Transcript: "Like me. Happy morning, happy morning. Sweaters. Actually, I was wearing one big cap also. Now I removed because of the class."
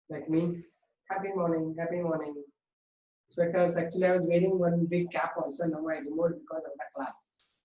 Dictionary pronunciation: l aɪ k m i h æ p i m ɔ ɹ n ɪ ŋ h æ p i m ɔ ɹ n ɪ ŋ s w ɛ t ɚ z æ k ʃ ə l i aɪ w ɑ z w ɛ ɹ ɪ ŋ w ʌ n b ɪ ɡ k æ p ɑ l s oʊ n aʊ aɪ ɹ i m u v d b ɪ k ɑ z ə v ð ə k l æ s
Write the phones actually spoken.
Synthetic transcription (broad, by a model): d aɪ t m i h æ p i m ɔ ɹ n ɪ ŋ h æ p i m ɔ ɹ n ɪ ŋ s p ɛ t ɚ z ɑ k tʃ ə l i aɪ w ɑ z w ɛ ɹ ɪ ŋ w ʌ n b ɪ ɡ k æ p ɑ l s oʊ n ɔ aɪ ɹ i m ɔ d b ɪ k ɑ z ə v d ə k l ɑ s